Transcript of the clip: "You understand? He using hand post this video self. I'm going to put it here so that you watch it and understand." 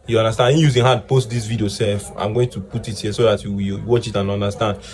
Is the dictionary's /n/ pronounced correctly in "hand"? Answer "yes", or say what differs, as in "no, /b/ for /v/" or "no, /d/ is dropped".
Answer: no, /n/ is dropped